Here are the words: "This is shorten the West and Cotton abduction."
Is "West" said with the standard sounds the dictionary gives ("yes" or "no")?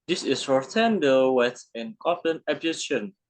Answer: no